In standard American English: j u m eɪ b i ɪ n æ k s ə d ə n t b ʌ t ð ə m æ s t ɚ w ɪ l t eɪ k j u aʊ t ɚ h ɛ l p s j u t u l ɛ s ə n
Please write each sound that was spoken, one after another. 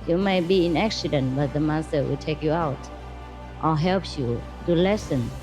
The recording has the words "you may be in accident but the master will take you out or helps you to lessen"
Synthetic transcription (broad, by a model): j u m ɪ b i ɪ n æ k s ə d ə n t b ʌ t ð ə m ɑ s t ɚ w ɪ l t eɪ k j u aʊ t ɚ h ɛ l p j u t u l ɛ s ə n